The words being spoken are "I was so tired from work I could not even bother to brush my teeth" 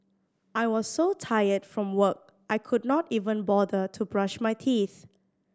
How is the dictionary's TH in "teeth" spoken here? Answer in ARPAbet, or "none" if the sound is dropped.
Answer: TH